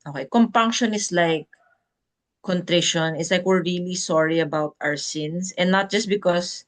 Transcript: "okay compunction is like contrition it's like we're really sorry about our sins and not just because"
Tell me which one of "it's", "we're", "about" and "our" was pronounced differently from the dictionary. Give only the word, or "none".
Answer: none